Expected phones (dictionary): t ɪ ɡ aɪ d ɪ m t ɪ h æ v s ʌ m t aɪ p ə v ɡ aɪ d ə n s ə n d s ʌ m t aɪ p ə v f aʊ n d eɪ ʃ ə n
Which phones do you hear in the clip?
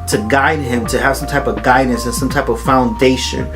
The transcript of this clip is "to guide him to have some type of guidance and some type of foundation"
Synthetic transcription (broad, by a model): t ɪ ɡ aɪ d ɪ m t ɪ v s ʌ m t aɪ p ə v ɡ aɪ d n s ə n s ʌ m t aɪ p ə v f aʊ n d eɪ ʃ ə n